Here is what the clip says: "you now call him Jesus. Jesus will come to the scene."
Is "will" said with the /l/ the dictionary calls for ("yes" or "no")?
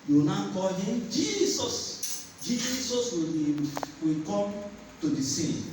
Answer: no